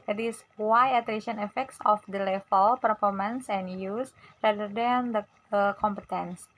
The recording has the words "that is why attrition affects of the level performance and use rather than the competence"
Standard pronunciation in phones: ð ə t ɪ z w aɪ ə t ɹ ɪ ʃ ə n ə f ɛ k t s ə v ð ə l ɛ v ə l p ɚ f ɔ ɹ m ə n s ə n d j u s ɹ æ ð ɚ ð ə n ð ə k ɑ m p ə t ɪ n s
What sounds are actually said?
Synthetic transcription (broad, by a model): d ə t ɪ s w aɪ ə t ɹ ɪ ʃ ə n ə f ɛ k t s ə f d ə l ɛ f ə l p ɚ f ɔ ɹ m ə n s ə n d j u s ɹ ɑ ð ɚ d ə n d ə k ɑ m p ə t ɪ n s